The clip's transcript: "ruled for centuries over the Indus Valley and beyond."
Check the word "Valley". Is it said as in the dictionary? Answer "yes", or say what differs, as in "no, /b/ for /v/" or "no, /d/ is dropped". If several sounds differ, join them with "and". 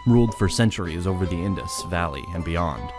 yes